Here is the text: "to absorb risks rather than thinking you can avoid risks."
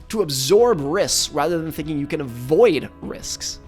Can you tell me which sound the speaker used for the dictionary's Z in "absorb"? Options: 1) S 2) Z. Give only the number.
2